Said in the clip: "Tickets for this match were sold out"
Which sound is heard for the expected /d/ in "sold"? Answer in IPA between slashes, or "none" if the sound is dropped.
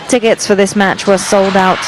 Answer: /d/